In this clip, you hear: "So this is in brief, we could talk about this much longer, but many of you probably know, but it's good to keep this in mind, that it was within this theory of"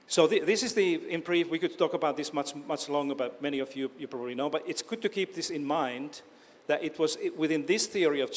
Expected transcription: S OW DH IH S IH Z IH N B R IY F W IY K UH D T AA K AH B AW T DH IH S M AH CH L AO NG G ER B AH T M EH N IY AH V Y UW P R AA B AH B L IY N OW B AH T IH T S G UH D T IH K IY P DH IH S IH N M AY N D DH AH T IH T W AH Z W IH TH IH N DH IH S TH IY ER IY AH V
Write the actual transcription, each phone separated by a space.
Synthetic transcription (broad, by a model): S OW DH IH S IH Z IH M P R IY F W IY K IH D T AA K AH B AW T DH IH S M AH CH L AO NG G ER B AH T M EH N IY AH V Y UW P R AA B AH B L IY N OW B AH T IH T S G UH D T IH K IY P DH IH S IH N M AY N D DH AH T IH T W AH Z W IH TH IH N DH IH S TH IY ER IY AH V